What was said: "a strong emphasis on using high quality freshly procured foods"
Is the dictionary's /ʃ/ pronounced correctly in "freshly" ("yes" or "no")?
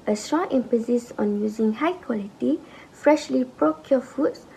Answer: yes